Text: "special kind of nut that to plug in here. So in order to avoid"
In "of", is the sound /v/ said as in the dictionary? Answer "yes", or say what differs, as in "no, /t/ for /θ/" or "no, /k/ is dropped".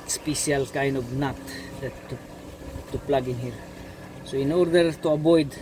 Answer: no, /b/ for /v/